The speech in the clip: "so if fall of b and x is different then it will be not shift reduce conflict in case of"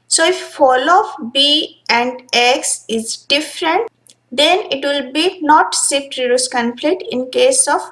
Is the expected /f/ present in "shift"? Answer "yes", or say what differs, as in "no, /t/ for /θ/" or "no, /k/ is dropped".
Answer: no, /f/ is dropped